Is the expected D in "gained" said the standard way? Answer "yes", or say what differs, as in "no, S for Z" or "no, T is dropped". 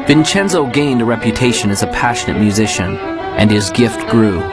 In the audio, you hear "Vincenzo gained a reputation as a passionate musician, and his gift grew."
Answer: yes